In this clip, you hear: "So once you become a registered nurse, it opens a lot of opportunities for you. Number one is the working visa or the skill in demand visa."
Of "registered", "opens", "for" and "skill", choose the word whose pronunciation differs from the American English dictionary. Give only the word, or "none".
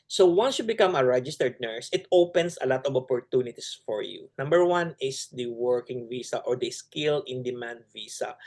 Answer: opens